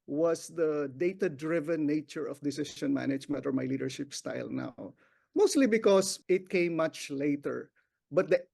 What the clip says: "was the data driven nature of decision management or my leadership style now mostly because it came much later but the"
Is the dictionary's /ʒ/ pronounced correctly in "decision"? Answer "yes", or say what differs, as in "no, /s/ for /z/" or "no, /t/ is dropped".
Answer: no, /ʃ/ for /ʒ/